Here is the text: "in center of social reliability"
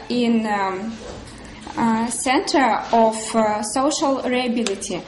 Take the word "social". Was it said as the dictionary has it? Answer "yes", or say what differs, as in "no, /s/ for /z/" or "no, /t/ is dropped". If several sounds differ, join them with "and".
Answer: yes